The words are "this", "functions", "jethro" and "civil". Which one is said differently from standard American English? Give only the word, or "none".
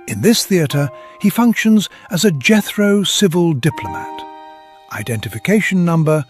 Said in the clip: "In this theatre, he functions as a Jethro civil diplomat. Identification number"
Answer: none